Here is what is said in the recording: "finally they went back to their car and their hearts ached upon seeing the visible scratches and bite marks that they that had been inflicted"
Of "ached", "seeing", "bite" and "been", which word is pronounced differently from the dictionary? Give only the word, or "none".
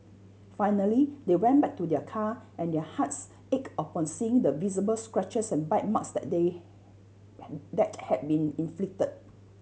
ached